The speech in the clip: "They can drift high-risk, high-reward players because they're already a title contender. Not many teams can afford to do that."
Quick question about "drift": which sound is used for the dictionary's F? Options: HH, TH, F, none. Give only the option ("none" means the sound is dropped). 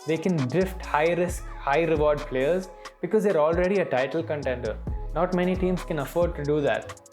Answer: F